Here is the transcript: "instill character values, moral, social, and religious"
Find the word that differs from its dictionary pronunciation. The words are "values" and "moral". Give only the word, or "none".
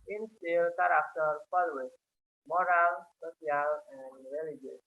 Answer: values